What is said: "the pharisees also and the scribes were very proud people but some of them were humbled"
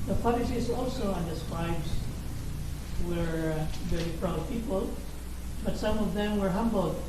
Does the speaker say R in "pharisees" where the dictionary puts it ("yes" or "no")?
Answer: no